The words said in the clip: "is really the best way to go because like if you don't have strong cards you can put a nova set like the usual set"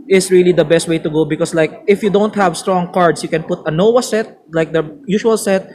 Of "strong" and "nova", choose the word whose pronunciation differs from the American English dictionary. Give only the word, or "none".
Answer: nova